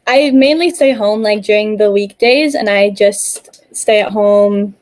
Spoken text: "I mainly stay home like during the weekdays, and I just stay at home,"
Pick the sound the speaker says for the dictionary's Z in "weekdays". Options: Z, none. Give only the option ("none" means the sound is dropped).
Z